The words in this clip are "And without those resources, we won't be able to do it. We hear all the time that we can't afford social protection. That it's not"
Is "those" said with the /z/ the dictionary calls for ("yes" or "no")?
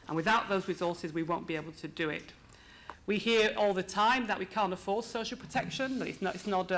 yes